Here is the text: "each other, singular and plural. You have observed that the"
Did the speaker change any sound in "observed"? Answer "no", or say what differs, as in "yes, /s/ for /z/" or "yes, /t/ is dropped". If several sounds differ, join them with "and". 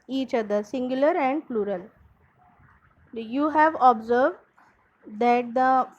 no